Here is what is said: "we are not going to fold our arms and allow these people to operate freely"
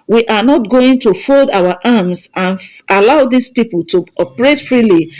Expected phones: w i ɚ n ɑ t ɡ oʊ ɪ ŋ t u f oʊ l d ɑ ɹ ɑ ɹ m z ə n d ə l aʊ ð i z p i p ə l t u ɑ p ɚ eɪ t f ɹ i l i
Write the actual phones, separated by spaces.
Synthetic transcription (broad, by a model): w i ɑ n ɑ t ɡ oʊ ɪ ŋ t u f oʊ l d ɑ w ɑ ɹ m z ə n ə l aʊ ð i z p i p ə l t u ɑ p ɚ eɪ t f ɹ i l i